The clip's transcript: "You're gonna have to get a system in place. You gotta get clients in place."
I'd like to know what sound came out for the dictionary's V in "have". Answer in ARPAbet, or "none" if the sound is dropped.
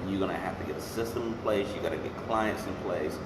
F